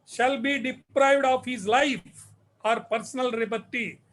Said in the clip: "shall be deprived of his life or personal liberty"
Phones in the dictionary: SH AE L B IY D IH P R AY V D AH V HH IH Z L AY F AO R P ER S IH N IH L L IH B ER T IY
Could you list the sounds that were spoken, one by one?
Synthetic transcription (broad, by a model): SH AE L B IY D IH P R AY V D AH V HH IH Z L AY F AO R P ER S IH N IH L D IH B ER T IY